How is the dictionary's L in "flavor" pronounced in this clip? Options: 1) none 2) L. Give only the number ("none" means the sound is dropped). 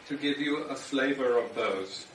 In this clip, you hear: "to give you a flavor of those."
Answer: 2